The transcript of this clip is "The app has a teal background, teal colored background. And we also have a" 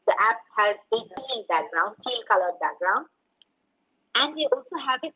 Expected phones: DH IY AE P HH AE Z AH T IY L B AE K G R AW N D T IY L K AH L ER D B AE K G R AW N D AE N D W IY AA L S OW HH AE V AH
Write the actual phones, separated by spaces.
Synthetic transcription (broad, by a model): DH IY AE P HH AE Z AH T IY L B AE K G R AW N D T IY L K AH L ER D B AE K G R AW N D AE N D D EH AA L S OW HH AE V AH